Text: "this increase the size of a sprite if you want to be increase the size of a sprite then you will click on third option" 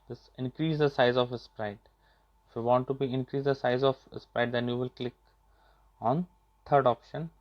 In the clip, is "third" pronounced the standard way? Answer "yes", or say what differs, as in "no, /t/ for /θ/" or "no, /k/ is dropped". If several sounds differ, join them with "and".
no, /t/ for /θ/